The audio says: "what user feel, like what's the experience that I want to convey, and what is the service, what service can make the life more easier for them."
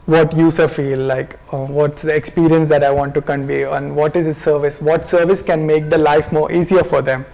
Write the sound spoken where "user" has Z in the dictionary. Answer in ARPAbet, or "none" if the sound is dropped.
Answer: S